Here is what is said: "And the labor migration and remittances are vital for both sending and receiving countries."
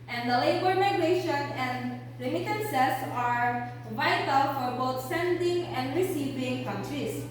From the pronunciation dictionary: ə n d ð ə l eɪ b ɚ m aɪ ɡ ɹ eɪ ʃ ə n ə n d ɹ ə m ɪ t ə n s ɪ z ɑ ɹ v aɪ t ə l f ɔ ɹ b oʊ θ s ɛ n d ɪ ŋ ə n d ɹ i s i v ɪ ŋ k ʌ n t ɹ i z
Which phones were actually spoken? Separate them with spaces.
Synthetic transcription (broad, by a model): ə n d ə l eɪ b ɚ m aɪ ɡ ɹ eɪ ʃ ə n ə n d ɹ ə m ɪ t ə n s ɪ s ɑ ɹ v aɪ t ə l f ɔ ɹ b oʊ t s ɛ n d ɪ ŋ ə n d ɹ i s i v ɪ ŋ k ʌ n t ɹ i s